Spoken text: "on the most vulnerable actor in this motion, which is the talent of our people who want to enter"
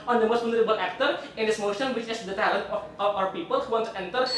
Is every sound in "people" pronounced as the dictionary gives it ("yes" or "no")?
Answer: yes